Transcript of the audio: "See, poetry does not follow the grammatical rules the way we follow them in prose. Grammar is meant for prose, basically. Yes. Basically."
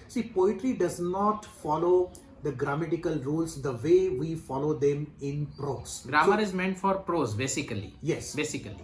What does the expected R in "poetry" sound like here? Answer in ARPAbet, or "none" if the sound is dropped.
R